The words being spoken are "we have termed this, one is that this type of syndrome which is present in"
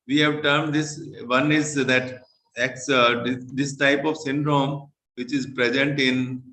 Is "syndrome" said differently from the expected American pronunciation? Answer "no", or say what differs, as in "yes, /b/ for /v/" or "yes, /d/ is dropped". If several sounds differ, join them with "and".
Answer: no